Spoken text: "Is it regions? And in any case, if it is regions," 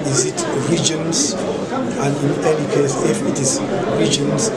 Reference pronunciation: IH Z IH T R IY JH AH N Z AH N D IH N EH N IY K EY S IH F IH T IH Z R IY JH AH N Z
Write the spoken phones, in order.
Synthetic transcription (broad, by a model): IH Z IH T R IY JH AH N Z AH N D IH N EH L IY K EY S IH F IH T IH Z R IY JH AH N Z